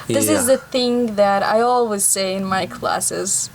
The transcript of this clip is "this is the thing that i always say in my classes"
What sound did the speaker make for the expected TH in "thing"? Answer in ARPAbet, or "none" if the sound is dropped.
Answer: TH